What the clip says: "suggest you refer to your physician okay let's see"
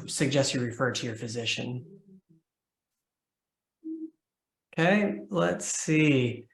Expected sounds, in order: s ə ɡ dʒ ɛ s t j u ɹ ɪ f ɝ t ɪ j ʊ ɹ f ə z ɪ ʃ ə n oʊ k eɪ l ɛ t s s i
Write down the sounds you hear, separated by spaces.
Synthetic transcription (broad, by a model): s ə ɡ dʒ ɛ s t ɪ ɹ ɪ f ɝ t ɪ j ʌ ɹ f ə z ɪ ʃ ə n oʊ k eɪ l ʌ t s s i